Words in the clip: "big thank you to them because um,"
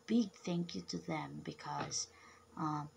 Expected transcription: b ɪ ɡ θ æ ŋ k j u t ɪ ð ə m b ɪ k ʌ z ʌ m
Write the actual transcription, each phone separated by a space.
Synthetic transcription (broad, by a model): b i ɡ θ æ ŋ k j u t ɪ ð ə m b ɪ k ʌ z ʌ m